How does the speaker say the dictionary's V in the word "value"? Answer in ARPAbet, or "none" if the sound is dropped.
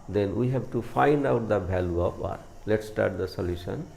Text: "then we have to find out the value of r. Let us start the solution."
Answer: B